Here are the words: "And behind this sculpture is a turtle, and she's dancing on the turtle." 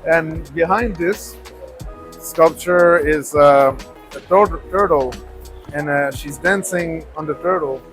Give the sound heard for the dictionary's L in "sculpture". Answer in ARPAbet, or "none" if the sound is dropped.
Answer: L